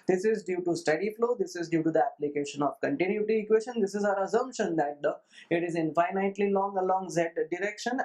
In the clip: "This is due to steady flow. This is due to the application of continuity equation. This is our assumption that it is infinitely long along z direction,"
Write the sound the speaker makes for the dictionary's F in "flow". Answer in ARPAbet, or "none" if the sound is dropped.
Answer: F